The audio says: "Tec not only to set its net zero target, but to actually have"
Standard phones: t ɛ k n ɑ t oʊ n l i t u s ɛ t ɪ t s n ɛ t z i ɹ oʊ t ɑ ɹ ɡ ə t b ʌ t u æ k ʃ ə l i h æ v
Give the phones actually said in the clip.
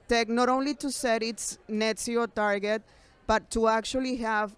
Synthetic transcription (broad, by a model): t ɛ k n ɑ t oʊ n l i t u s ɛ t ɪ t s n ɛ t s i oʊ t ɑ ɹ ɡ ə t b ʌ t u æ k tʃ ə l i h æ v